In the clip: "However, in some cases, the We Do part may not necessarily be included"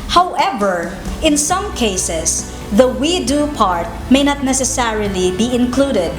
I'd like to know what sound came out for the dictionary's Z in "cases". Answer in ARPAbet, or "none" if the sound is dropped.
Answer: S